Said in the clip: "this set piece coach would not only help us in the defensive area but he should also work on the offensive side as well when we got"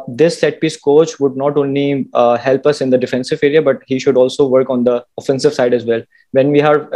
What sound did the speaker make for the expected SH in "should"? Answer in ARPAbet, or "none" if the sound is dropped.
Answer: SH